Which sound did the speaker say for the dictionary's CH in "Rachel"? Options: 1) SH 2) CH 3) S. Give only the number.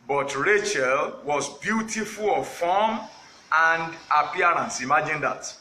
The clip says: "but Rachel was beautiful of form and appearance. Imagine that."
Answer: 2